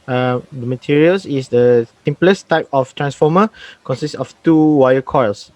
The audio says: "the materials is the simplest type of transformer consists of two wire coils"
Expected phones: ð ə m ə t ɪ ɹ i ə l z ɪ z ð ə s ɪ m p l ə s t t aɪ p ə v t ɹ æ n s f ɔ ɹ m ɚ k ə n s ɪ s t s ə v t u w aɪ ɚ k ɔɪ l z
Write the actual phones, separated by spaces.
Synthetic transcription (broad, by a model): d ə m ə t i ɹ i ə l s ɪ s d ə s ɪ m p l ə s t t aɪ p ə f t ɹ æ n s f ɔ m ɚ k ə n s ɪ s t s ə f t u w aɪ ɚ k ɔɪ l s